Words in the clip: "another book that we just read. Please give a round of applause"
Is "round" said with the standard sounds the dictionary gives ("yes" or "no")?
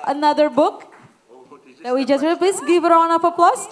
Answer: no